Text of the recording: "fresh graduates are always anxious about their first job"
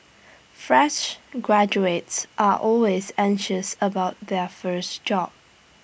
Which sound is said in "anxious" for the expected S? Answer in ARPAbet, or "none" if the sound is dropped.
S